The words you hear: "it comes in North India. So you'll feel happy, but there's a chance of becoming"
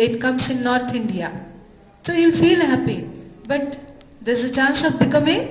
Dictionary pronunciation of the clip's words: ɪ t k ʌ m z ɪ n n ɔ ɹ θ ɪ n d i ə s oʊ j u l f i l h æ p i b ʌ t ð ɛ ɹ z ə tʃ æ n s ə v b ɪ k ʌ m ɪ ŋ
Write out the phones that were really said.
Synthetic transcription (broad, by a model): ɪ t k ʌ m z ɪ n n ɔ ɹ t ɪ n d i ə s oʊ j u l f i l h æ p i b ʌ t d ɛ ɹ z ə tʃ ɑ n s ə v b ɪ k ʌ m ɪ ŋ